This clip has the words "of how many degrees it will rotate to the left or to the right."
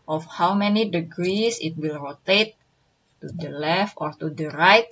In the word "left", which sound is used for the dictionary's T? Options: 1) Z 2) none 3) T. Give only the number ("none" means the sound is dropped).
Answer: 3